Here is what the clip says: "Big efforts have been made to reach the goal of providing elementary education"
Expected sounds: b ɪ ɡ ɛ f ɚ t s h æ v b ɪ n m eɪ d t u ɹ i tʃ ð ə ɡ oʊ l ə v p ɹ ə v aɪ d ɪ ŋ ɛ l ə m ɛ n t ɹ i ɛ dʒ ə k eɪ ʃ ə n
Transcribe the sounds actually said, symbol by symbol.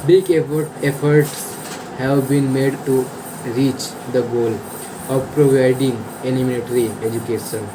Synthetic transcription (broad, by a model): b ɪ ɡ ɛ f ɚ t s h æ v b ɪ n m eɪ d t u ɹ i tʃ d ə ɡ oʊ l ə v p ɹ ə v aɪ d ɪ ŋ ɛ n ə m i l t ɹ i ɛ dʒ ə k eɪ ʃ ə n